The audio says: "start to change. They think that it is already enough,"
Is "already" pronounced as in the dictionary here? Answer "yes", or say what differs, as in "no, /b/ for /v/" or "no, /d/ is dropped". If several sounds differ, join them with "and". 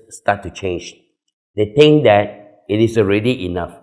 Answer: yes